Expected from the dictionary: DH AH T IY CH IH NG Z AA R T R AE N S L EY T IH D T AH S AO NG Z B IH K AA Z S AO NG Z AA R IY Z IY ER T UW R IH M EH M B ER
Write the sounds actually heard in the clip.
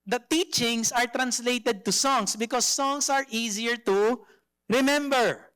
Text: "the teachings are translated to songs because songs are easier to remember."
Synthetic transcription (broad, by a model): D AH T IY CH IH NG S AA R T R AE N S L EY T IH D T AH S AO NG S B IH K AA S AO NG S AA R IY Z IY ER T UW R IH M EH M B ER